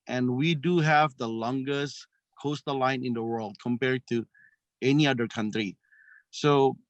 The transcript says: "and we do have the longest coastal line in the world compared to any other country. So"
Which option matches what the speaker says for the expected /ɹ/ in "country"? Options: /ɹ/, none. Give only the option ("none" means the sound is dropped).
/ɹ/